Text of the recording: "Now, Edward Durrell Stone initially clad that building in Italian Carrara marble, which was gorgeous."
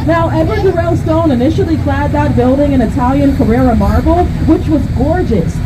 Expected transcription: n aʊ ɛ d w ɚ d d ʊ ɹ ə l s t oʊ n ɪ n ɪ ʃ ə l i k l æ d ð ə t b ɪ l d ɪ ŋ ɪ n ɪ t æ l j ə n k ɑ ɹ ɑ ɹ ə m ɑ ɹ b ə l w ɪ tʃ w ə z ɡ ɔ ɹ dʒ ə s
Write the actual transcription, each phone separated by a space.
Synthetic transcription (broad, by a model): n aʊ ɛ d w ɚ d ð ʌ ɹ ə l s t oʊ n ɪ n ɪ ʃ l i k l æ d ð ə t b ɪ l d ɪ ŋ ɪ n ɪ t æ l j ə n k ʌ ɹ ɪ ɹ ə m ɑ ɹ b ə l w ɪ tʃ w ə z ɡ ɔ ɹ dʒ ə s